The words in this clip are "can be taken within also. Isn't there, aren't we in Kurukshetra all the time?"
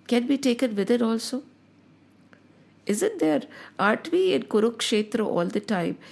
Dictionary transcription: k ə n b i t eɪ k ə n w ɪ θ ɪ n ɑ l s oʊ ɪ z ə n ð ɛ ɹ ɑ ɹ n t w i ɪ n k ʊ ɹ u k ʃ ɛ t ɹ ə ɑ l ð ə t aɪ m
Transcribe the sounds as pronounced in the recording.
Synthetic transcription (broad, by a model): k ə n b i t eɪ k ə n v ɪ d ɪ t ɑ l s oʊ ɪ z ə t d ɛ ɹ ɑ ɹ t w i ɪ n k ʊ ɹ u k ʃ ɛ t ɹ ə ɑ l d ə t aɪ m